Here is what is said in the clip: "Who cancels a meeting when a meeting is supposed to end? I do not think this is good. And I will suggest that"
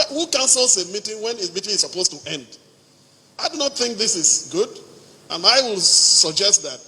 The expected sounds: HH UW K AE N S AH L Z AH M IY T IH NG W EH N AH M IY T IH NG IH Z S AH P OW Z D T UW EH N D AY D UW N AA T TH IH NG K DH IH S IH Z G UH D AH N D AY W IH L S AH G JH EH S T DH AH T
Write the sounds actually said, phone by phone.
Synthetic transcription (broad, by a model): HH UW K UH N S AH L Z AH M IY T IH NG W EH N AH M IY T IH NG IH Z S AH P OW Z T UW EH N D AY D UW N AA T TH IH NG K DH IH S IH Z G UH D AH N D AY W IH L S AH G JH EH S T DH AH T